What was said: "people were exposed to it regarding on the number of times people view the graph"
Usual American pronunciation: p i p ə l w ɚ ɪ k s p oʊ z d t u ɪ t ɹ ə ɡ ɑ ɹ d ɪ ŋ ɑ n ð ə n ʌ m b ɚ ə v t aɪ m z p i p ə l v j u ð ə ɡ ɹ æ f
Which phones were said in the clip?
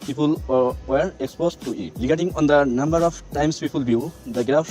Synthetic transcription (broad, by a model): p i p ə l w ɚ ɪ k s p oʊ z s t u ɪ t l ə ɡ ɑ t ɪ ŋ ɑ n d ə n ʌ m b ɚ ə p t aɪ m s p i p ə l b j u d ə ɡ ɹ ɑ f